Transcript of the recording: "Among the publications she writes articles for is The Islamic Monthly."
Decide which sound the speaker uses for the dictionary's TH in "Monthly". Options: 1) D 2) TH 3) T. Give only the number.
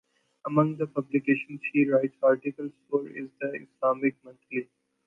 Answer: 3